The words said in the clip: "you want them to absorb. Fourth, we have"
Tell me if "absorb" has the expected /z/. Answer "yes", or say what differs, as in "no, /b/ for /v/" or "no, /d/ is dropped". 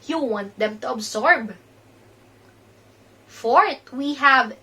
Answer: no, /s/ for /z/